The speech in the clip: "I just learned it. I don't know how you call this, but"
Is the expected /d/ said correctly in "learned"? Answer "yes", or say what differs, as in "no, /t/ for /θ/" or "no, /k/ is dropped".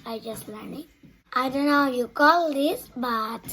no, /d/ is dropped